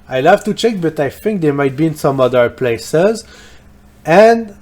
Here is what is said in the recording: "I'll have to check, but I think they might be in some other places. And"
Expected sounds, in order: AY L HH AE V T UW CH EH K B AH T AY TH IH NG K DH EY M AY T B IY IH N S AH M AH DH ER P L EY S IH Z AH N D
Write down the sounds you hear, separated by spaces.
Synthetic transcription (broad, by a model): AY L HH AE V T UW CH EH K B AH T AY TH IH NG K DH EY M AY T B IY IH N S AH M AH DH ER P L EY S IH Z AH N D